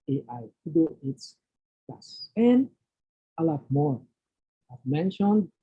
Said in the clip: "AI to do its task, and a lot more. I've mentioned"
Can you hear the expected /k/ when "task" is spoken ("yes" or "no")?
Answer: no